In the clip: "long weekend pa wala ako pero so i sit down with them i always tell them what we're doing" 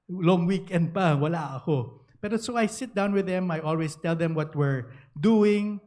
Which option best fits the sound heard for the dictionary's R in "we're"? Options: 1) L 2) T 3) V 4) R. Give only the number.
4